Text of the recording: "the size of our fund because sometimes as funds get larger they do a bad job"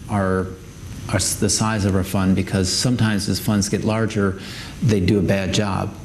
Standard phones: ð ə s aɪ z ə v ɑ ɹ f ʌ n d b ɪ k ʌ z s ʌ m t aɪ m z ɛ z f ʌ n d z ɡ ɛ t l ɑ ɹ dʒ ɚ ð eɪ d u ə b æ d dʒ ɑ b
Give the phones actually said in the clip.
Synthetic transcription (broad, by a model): ð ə s aɪ z ə v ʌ ɹ f ʌ n b ɪ k ʌ z s ʌ m t aɪ m z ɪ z f ʌ n d z ɡ ɛ t l ɑ ɹ dʒ ɚ ð eɪ d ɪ ə b æ d dʒ ɑ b